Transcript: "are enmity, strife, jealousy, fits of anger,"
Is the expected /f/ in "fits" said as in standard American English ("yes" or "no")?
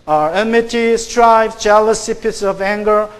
no